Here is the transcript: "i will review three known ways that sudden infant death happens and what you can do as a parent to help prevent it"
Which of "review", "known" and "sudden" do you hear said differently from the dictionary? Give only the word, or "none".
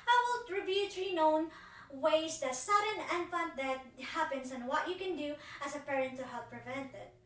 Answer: review